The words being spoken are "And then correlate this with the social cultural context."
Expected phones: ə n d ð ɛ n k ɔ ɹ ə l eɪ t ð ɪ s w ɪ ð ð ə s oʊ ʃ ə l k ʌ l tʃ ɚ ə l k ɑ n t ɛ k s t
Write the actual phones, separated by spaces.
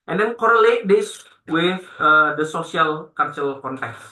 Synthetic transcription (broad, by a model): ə n d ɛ n k ɔ ɹ ə l eɪ t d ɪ s w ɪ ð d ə s oʊ s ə l k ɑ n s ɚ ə l k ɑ n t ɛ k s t